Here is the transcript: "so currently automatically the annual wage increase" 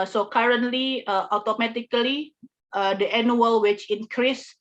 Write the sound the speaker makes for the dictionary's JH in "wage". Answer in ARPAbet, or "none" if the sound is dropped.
CH